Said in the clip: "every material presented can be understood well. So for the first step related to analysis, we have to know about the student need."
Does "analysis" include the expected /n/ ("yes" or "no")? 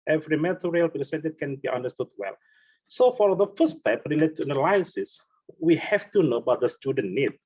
no